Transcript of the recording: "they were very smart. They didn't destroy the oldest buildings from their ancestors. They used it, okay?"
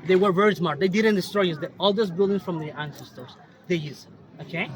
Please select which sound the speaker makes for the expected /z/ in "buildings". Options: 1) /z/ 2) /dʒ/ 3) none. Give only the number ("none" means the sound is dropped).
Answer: 3